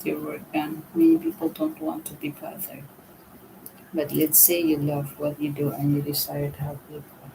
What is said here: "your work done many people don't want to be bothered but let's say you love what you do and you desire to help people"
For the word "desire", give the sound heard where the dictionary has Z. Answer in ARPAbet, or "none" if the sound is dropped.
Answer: S